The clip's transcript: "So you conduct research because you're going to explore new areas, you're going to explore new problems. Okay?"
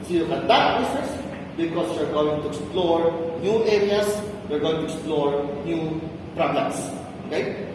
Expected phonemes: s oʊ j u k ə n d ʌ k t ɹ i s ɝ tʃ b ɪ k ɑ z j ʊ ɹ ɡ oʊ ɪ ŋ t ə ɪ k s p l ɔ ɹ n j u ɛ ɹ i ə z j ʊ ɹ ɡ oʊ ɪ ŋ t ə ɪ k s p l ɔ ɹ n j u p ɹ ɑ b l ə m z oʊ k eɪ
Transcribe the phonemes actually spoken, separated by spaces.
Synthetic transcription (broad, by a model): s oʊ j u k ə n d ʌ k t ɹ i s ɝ s b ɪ k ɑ s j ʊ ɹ ɡ oʊ ɪ ŋ t ə ɪ k s p l ɔ ɹ n j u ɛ ɹ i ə s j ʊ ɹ ɡ oʊ ɪ ŋ t ə ɪ k s p l ɔ ɹ n j u p ɹ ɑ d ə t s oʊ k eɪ